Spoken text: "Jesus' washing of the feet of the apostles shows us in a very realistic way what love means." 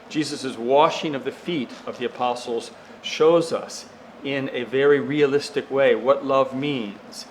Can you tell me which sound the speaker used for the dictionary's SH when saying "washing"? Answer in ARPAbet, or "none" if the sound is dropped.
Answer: SH